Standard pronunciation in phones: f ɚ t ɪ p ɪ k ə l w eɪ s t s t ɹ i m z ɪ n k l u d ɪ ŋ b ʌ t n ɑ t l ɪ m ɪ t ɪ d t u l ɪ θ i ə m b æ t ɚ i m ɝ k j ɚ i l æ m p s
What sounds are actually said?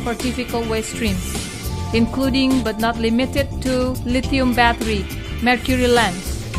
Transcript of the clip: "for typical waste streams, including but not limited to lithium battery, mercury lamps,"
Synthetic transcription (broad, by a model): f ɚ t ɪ f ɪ k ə l w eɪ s s t ɹ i m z ɪ n k l u d ɪ ŋ b ʌ t n ɑ t l ɪ m ɪ t ɪ d t u l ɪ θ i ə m b æ t ɚ i m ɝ k j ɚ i l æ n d